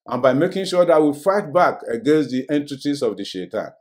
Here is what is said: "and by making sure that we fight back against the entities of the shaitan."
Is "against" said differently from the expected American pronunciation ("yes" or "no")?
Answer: no